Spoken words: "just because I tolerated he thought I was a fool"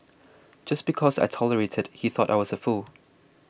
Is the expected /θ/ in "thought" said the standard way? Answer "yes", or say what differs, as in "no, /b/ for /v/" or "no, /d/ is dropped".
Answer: yes